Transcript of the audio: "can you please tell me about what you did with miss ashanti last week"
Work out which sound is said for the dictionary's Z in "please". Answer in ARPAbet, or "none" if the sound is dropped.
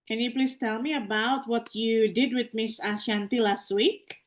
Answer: S